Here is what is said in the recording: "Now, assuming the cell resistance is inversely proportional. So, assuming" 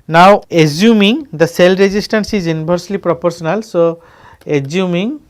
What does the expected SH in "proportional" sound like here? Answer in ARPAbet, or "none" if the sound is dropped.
S